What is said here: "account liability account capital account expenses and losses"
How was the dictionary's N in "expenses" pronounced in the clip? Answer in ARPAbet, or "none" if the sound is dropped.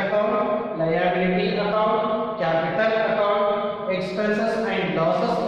none